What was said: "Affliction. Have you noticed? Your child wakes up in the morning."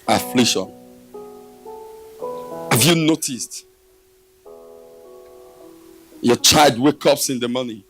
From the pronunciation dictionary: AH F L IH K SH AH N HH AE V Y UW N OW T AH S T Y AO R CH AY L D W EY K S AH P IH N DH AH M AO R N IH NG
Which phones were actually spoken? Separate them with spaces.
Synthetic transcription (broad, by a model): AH F L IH K SH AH N HH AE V Y UW N OW T AH S T Y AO CH AY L D W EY K AH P IH N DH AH M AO N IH